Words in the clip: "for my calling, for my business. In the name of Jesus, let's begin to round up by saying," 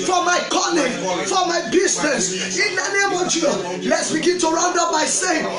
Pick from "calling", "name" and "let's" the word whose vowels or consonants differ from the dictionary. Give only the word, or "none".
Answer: calling